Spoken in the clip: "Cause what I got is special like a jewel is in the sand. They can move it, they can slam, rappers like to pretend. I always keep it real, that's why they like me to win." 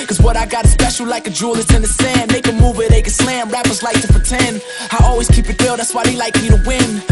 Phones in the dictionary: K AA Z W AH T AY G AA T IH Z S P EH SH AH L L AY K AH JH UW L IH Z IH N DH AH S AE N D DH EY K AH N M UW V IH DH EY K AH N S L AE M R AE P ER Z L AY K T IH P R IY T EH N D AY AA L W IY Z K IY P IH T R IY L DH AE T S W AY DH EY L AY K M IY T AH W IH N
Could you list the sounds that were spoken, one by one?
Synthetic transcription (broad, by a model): K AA Z W AH T AY G AA T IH S P EH SH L L AY K AH JH UW L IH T IH N DH AH S AE N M EY K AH M UW V IH DH EY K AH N S L AE M R AE P ER Z L AY K T IH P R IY T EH N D AY AA L W IY Z K IY P IH T W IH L DH AE T S W AY DH EY L AY K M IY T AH W IH N